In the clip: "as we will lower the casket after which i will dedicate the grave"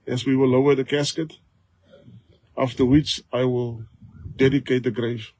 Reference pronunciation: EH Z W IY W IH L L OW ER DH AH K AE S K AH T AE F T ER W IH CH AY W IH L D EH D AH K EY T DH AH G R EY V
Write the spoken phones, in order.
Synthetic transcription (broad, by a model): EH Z W IY W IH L L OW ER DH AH K AE S K AH T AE F T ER W IH CH AY W IH L D EH D AH K EY T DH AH G R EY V